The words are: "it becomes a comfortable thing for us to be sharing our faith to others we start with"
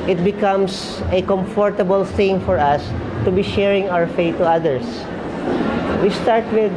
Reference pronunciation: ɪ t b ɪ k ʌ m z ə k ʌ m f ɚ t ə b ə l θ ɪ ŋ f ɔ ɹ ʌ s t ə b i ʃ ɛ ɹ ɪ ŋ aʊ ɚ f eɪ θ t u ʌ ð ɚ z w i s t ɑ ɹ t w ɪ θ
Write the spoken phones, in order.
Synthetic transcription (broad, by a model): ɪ t b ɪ k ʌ m s ə k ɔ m f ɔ t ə b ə l θ ɪ ŋ f ɔ ɹ ʌ s t ə b i ʃ ɛ ɹ ɪ ŋ aʊ ɚ f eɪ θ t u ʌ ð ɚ s w i s t ɑ ɹ t w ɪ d